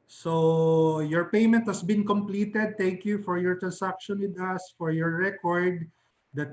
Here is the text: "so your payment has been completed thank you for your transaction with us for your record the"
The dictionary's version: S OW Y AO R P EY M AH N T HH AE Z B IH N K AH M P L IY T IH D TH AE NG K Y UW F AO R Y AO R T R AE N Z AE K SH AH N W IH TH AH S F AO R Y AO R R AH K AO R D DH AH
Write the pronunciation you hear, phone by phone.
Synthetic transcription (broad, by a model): S OW Y AO R P EY M AH N T HH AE S B IH N K AH M P L IY T IH D T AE NG K Y UW F AO R Y AO R T R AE N S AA K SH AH N W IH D AH S F AO R Y AO R R AH K AO R D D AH